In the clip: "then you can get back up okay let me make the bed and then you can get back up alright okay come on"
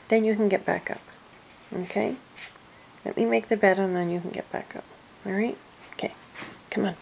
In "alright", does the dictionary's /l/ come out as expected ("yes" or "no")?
no